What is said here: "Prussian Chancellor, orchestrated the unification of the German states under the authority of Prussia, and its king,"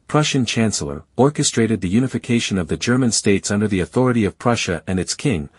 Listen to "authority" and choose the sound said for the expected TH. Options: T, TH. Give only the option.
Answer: TH